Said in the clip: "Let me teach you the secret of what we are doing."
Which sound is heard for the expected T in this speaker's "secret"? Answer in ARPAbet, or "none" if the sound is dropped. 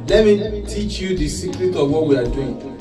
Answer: T